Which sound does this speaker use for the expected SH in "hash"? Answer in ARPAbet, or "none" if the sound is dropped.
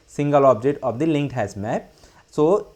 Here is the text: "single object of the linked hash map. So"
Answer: S